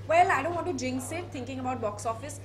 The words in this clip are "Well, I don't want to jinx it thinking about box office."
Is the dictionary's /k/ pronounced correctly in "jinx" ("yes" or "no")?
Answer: no